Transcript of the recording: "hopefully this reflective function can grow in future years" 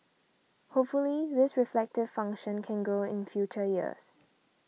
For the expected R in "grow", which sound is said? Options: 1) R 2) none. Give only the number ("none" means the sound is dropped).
2